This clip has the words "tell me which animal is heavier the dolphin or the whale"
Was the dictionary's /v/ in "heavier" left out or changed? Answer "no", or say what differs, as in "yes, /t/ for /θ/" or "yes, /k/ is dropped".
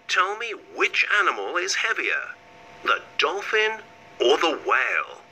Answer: no